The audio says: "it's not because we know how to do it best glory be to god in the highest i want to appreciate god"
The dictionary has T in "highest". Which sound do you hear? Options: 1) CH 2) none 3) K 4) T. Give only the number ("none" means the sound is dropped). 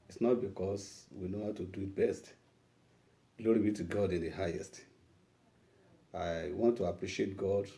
4